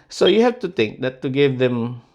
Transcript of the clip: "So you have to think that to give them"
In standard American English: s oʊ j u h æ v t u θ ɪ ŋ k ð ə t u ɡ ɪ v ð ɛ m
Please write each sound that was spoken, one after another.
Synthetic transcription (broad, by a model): s oʊ j u h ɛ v t u t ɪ ŋ k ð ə t u ɡ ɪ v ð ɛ m